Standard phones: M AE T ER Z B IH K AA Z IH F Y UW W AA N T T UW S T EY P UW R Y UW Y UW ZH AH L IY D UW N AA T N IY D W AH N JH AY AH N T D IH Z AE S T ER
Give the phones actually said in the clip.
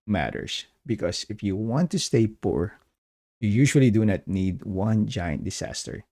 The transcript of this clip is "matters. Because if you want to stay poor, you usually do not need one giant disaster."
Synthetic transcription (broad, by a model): M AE T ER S B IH K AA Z IH F Y UW W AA N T T UW S T EY P UW R Y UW Y UW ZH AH L IY D UW N AA T N IY D W AH N JH AY AH N T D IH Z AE S T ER